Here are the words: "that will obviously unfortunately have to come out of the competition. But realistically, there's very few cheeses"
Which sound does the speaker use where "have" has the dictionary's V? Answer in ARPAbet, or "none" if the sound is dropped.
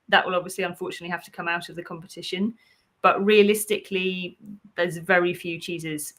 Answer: F